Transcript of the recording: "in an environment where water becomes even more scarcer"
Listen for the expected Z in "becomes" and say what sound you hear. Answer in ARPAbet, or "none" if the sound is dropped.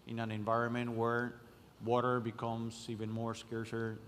S